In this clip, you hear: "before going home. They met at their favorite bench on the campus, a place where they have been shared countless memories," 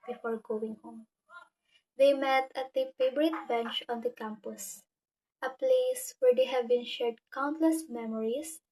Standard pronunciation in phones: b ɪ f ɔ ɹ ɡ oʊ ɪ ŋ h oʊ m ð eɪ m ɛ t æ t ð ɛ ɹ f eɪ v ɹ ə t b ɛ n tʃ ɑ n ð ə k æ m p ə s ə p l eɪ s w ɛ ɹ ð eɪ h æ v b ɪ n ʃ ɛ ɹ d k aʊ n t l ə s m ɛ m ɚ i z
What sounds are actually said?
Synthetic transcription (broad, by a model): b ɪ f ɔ ɹ ɡ oʊ ɪ ŋ h oʊ m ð eɪ m ɛ t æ t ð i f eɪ b ɹ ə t b ɛ n tʃ ɑ n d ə k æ m p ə s ə p l eɪ s w ɛ ɹ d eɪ h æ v b ɪ n ʃ ɛ ɹ d k aʊ n t l ə s m ɛ m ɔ i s